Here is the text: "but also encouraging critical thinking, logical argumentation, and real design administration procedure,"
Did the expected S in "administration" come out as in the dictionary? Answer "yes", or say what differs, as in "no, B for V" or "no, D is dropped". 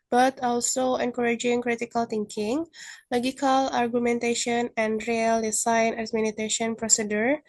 no, S is dropped